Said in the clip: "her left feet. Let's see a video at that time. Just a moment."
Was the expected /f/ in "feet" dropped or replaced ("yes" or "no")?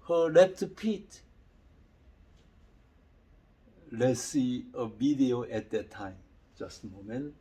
yes